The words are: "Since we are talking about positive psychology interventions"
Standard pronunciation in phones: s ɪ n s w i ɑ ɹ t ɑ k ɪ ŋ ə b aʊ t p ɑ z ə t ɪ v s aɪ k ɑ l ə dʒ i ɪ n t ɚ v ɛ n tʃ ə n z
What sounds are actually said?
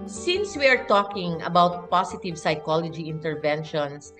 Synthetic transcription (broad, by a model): s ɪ n s w i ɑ ɹ t ɑ k ɪ ŋ ə b aʊ t p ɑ s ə t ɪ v s aɪ k ɑ l ə dʒ i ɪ n t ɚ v ɛ n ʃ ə n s